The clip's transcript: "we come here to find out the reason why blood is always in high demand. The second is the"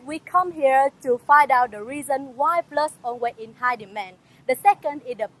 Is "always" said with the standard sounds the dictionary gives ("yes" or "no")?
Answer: no